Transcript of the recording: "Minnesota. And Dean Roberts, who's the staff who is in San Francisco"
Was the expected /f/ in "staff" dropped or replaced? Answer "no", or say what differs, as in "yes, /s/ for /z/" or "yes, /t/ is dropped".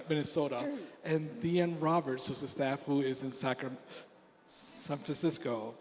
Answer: no